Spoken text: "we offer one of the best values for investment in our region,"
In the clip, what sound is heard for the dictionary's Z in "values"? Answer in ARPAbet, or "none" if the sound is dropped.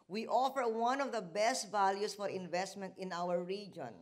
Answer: S